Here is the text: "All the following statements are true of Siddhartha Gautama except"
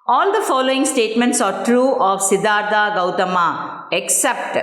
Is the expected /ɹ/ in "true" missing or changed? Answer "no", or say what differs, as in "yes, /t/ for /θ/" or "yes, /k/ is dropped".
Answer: no